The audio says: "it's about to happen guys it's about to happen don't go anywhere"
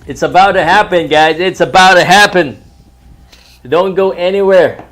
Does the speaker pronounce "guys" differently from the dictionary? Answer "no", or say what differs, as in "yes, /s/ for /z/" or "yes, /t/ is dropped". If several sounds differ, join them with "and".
no